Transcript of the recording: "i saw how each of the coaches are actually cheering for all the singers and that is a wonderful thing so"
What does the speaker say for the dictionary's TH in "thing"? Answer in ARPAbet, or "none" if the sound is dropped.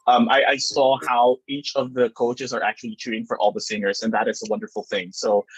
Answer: TH